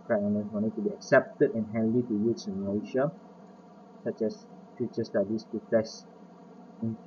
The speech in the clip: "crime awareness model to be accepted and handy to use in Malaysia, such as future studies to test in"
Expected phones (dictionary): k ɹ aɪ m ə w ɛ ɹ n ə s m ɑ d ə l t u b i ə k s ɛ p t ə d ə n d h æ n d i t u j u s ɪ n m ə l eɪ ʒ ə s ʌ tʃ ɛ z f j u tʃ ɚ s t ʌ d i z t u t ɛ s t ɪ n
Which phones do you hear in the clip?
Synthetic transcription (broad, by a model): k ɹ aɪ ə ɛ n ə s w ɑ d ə t u b i ə k s ɛ p t ə d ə n h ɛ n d i t u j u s ɪ n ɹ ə ɪ ʃ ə s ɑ tʃ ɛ s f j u tʃ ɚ s t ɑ d i s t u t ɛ s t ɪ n